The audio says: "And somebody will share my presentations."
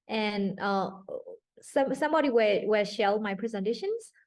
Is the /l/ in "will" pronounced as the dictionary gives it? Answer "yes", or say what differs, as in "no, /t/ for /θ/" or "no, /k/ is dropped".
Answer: no, /w/ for /l/